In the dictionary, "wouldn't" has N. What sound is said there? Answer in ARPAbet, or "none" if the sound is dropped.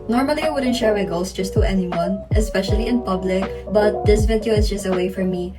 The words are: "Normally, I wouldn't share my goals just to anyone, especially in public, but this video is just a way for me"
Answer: N